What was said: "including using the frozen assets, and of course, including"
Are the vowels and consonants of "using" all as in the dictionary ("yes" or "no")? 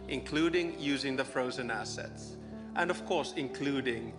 yes